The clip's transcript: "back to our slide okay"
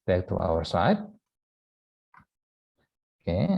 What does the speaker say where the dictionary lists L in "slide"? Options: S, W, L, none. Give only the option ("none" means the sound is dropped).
none